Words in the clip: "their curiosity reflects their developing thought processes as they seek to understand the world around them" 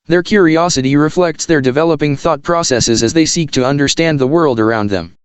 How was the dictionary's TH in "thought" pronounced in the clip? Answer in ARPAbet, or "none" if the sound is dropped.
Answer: TH